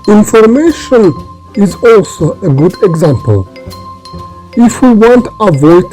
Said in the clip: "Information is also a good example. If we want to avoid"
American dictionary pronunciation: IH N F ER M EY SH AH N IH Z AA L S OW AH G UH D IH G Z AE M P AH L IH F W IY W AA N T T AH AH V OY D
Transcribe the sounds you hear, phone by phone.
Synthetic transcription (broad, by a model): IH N F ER M EY SH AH N IH Z AA L S OW AH G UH D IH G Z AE M P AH L IH F W IY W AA N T T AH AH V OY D